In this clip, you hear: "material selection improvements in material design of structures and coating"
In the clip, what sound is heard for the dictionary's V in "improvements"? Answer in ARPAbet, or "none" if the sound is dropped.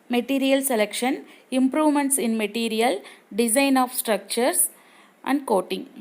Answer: V